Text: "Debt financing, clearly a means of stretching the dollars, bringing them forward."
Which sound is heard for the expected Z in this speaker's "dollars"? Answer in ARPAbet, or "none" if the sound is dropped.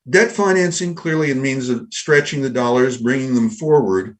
Z